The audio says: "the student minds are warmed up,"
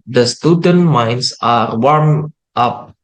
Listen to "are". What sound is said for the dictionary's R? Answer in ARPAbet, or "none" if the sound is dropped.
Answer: R